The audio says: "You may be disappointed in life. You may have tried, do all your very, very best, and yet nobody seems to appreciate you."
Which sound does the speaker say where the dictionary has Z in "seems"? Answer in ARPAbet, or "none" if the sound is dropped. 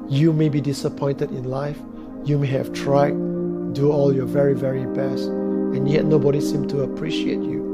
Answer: none